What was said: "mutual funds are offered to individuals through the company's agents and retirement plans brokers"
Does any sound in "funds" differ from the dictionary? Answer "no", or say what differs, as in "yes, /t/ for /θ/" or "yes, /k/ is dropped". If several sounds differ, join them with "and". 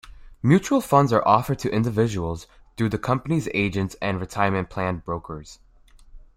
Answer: no